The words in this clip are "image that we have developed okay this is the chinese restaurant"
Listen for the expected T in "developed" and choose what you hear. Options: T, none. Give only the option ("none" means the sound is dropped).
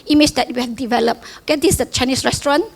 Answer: none